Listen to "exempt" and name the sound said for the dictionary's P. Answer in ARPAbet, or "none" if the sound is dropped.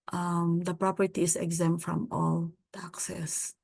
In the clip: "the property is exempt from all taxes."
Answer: none